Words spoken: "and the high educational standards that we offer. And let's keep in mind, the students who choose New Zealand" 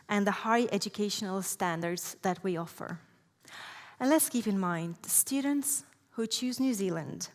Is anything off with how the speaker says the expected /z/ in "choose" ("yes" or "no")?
no